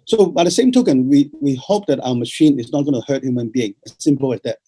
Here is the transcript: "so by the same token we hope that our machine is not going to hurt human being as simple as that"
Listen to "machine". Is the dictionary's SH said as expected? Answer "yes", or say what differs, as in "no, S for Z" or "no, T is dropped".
yes